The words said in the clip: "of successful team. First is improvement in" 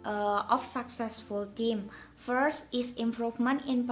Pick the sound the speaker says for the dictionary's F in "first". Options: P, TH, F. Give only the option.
F